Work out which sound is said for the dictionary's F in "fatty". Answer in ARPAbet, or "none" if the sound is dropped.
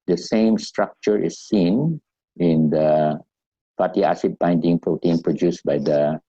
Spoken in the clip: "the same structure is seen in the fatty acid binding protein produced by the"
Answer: P